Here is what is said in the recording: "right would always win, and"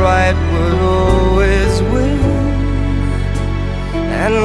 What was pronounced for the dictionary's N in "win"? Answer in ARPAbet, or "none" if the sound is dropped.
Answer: none